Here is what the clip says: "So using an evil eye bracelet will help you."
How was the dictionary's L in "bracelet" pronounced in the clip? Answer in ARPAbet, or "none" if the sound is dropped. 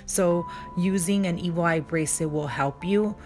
none